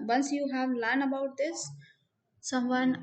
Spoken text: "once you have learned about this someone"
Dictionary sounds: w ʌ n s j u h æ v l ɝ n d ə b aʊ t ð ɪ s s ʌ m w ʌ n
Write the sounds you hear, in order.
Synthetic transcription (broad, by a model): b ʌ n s j u h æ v l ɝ n ə b aʊ t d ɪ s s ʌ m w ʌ n